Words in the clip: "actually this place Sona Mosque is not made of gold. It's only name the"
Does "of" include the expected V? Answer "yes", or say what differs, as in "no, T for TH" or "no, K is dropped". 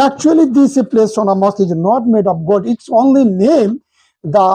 no, P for V